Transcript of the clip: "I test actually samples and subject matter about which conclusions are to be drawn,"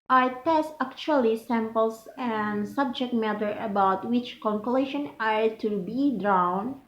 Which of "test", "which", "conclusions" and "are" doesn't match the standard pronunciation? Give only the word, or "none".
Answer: conclusions